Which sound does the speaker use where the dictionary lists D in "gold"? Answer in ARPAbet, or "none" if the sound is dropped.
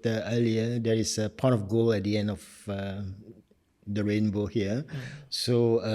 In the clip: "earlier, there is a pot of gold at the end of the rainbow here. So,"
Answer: none